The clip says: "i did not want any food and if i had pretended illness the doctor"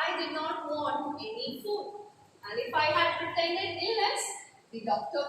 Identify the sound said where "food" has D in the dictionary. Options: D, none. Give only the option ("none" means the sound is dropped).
none